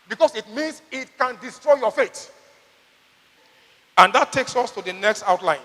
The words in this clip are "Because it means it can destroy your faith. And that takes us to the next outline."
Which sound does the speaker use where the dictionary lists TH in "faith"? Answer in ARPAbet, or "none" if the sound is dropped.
T